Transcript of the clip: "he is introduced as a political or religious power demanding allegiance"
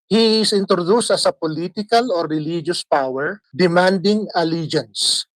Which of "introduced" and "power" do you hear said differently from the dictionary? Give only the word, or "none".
none